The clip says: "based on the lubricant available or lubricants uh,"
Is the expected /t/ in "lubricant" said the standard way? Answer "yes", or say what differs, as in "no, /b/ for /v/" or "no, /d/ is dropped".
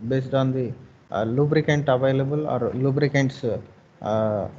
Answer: yes